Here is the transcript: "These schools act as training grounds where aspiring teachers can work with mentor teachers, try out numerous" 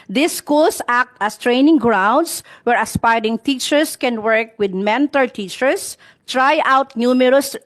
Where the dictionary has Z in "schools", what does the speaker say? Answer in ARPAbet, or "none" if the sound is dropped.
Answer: S